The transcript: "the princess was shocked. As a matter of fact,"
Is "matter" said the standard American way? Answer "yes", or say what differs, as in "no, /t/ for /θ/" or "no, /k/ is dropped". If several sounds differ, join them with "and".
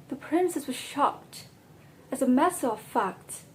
no, /s/ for /t/